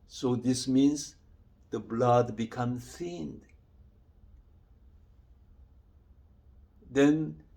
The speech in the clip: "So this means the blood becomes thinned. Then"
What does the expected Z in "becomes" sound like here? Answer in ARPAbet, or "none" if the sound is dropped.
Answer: none